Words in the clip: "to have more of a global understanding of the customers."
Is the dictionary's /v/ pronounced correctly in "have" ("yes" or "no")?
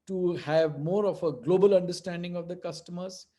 yes